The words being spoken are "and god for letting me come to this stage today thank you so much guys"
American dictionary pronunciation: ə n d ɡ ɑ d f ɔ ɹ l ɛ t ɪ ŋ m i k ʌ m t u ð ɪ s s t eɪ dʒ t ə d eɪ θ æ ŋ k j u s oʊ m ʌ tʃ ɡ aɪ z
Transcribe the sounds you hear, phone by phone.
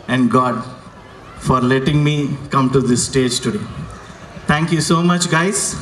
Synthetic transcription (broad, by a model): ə n d ɡ ɑ d f ɔ ɹ l ɛ t ɪ ŋ m i k ʌ m t u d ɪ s s t eɪ dʒ t ə d eɪ t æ ŋ k j u s oʊ m ʌ tʃ ɡ aɪ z